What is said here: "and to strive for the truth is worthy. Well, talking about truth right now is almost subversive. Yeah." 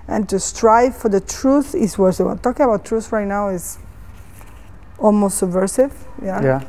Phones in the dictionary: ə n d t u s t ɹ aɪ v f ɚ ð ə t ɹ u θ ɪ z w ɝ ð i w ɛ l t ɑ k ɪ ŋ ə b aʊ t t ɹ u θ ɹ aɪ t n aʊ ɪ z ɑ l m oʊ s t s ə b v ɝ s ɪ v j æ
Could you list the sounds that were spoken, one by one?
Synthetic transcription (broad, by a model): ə n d t u s t ɹ aɪ v f ɚ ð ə t ɹ u θ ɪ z w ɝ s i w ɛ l t ɑ k ɪ ŋ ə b aʊ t t ɹ u θ ɹ aɪ t n aʊ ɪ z ɑ l m oʊ s t s ə b v ɝ s ɪ v j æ